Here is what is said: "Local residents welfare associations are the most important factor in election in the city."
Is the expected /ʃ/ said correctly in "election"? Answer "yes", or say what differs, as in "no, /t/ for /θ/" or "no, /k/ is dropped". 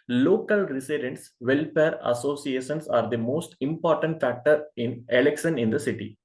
no, /s/ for /ʃ/